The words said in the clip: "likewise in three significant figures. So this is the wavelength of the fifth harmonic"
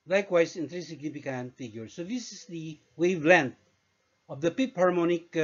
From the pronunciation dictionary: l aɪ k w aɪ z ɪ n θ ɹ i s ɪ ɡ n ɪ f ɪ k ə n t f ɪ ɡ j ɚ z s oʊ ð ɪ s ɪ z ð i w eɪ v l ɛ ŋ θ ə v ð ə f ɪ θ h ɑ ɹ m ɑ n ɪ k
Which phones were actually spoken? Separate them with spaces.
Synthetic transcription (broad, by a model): l aɪ k w aɪ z ɪ n t ɹ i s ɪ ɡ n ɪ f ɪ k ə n f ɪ ɡ j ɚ s oʊ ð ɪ s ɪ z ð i w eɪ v l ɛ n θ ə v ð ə p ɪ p h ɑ ɹ m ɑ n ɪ k